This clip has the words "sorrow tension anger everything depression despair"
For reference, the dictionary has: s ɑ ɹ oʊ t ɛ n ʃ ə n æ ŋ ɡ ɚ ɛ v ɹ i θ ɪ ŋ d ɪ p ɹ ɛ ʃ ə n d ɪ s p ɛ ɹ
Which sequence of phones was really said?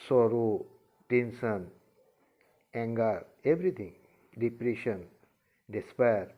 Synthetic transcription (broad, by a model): s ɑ ɹ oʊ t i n s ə n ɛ ŋ ɡ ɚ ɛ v ɹ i t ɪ ŋ d ɪ p ɹ ɛ ʃ ə n d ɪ s p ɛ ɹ